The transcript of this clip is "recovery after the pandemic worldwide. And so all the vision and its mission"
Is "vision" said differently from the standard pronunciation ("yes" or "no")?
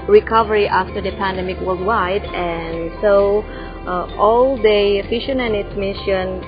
yes